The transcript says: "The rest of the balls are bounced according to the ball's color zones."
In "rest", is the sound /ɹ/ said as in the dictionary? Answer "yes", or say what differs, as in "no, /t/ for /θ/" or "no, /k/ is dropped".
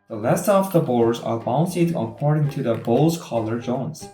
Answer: no, /l/ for /ɹ/